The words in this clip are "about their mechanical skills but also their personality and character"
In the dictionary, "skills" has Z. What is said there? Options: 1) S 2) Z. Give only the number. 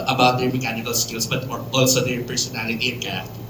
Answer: 1